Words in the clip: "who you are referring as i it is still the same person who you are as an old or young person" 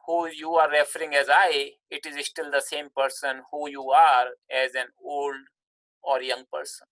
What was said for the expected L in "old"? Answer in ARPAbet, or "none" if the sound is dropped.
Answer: L